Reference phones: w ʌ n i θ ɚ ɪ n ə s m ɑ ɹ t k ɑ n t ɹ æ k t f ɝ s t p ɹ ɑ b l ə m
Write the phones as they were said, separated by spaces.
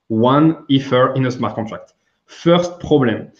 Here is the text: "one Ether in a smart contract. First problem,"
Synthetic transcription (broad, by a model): w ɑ n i f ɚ ɪ n ə s m ɑ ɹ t k ɑ t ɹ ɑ k t f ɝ s t p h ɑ b l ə m